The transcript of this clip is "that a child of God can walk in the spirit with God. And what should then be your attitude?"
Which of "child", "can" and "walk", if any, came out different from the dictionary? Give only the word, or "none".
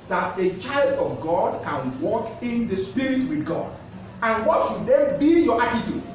none